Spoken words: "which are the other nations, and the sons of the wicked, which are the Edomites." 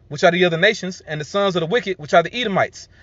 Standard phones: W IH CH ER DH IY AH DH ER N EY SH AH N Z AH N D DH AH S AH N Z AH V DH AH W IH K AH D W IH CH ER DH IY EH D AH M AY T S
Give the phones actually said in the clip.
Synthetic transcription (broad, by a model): W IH CH ER DH IY AH DH ER N EY SH AH N Z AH N DH AH S AH N Z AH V DH AH W IH K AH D W IH CH ER DH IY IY D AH M AY T S